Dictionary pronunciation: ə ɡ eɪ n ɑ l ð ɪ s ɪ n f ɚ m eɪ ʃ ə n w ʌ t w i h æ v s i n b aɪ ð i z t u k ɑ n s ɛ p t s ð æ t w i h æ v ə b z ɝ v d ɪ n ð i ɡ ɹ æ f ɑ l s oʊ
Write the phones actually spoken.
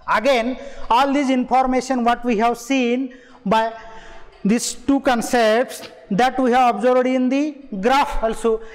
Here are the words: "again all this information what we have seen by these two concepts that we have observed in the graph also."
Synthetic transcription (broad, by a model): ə ɡ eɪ n ɑ l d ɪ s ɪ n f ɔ m eɪ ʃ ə n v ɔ t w i h æ v s i n b aɪ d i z t u k ɑ n s ɛ p t s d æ t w i h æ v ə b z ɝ b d ɪ n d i ɡ ɹ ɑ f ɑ l s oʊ